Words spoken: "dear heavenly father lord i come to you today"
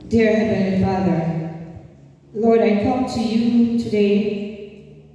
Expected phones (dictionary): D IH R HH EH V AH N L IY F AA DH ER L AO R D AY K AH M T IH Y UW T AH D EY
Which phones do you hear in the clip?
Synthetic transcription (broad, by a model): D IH R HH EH B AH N F AA DH ER L AO R D AY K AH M T IH Y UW T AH D EY